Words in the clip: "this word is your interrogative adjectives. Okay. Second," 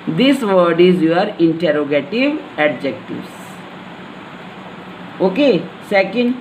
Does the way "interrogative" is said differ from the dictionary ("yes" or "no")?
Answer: no